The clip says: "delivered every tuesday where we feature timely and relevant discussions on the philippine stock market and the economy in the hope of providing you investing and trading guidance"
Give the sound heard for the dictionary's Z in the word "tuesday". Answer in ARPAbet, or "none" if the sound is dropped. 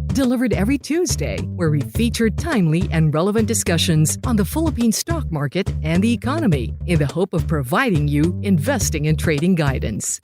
Z